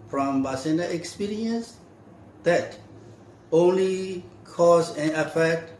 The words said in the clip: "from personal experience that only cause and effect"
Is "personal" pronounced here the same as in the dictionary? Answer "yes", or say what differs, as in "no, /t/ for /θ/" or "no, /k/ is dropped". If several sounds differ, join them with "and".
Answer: no, /b/ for /p/